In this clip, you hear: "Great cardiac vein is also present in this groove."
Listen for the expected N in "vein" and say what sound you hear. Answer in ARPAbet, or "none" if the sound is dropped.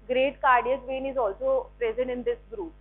N